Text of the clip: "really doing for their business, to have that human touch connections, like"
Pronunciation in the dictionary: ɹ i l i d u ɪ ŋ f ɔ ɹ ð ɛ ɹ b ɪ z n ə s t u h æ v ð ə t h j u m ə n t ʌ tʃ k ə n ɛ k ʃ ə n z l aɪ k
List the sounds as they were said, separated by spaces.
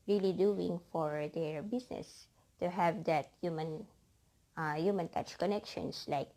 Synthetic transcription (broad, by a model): ɹ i l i d u ɪ ŋ f ɔ ɹ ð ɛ ɹ b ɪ s n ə s t u h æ v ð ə t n j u m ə n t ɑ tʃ k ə n ɛ k ʃ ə n s l aɪ k